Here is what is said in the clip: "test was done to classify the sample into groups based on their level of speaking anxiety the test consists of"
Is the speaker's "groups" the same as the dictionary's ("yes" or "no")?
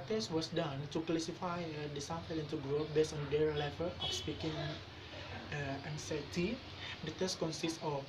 no